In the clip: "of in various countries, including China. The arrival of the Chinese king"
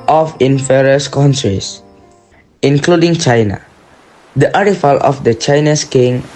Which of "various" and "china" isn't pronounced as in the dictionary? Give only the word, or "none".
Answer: various